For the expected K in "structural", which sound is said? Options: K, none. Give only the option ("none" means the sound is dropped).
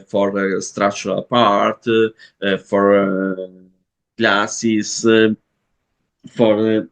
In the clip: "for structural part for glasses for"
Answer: none